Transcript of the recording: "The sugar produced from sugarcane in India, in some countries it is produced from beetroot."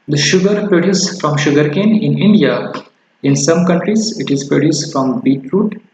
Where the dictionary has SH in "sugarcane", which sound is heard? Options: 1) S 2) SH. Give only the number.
2